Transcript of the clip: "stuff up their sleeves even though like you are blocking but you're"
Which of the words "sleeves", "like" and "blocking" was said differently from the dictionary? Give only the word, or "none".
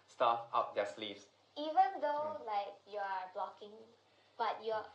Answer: sleeves